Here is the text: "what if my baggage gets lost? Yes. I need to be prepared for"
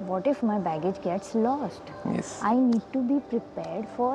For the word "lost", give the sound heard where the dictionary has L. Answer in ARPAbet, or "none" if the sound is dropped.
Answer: L